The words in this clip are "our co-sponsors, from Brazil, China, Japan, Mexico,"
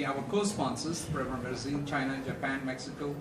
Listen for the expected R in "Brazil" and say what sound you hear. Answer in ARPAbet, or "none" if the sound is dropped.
none